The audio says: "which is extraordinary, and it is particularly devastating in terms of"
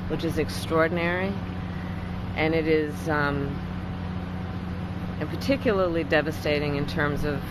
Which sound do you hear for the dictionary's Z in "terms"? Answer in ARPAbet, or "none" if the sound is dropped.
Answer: Z